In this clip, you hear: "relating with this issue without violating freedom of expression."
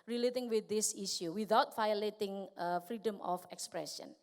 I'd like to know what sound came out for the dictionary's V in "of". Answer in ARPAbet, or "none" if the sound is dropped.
F